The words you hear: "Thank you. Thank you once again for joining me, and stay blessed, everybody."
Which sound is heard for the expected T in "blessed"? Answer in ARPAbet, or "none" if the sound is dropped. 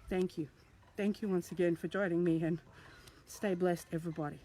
T